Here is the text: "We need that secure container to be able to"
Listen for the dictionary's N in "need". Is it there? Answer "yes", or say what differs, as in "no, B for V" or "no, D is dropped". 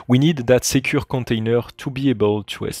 yes